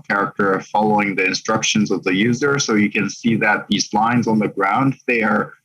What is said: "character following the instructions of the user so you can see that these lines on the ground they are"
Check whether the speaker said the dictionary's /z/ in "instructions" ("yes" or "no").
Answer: yes